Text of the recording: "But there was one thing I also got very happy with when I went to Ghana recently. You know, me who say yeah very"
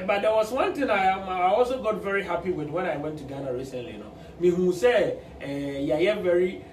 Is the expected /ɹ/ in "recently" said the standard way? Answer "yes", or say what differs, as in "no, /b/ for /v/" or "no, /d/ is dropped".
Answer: yes